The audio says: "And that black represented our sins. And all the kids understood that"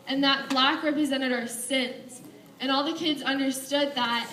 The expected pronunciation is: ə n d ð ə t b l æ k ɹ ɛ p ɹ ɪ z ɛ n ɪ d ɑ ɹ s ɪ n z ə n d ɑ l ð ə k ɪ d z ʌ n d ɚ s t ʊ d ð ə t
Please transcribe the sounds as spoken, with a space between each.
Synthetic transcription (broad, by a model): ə n ð ə t b l æ k ɹ ɛ p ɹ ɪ z ɛ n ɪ d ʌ ɹ s ɪ n s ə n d ɑ l ð ə k ɪ d z ʌ n d ɚ s t ʊ d ð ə t